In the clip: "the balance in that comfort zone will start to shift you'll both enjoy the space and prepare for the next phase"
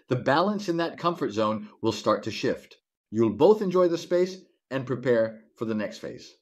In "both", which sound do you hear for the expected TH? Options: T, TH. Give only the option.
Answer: TH